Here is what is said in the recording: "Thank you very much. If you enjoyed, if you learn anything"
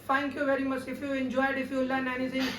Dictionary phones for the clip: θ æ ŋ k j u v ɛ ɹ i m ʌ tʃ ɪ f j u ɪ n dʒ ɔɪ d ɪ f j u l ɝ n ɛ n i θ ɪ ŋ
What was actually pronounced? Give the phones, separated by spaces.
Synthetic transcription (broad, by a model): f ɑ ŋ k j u v ɛ ɹ i m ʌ s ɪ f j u ɪ n dʒ ɔɪ d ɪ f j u l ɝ n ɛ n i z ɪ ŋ